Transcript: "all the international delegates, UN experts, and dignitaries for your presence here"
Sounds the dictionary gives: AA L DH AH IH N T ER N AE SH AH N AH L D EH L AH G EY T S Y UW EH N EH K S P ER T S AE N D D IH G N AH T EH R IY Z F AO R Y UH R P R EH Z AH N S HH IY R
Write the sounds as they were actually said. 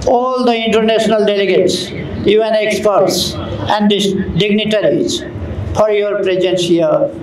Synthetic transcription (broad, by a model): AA L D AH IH N T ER N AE S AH N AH L D EH L AH G EY T S Y UW EH N EH K S P ER T S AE N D D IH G N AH T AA R IY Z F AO R Y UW R P R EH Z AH N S HH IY R